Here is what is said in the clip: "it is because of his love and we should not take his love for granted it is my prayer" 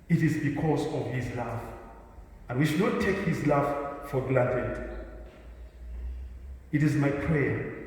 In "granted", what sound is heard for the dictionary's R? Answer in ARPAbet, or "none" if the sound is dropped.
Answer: L